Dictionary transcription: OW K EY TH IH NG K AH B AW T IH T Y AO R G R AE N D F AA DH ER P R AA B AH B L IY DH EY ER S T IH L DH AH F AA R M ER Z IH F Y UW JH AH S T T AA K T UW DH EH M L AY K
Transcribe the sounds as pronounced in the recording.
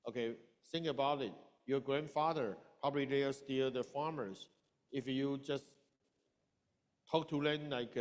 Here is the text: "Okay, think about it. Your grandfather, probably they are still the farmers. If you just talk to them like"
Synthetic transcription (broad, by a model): OW K EY S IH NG AH B AW T IH T Y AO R G R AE N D F AA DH ER P R AA B AH B L IY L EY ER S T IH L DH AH F AA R M ER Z IH F Y UW JH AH S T T AA K T UW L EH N L AY K